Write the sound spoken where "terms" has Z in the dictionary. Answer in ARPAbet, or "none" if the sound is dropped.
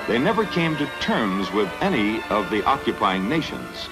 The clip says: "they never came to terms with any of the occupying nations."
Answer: Z